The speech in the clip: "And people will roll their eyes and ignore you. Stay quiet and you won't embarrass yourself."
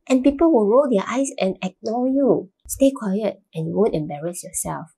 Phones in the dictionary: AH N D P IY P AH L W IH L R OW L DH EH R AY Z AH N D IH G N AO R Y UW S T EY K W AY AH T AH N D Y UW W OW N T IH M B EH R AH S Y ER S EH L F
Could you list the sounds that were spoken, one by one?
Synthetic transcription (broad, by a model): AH N P IY P AH L W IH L R OW L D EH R AY S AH N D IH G N AO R Y UW S T EY K W AY AH T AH N Y UW W OW N T IH M B EH R AH S Y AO S EH L F